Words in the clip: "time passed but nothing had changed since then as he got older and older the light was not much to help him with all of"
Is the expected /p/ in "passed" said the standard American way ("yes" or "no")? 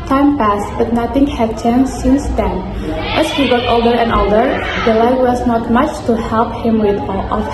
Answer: yes